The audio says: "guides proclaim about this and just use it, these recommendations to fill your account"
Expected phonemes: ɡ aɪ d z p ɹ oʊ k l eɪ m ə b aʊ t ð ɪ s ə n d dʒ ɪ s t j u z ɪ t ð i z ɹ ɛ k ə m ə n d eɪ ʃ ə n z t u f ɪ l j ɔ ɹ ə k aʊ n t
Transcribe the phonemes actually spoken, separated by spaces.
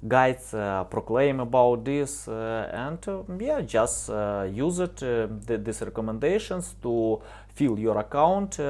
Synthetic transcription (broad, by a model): ɡ aɪ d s p ɹ oʊ k l eɪ m ə b aʊ t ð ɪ s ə n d dʒ ɪ s t j u z ɪ t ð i s ɹ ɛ k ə m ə n d eɪ ʃ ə n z t u f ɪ l j ɔ ɹ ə k aʊ n t